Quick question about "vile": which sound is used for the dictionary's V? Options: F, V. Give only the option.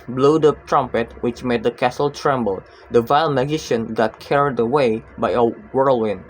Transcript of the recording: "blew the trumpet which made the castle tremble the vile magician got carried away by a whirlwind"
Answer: V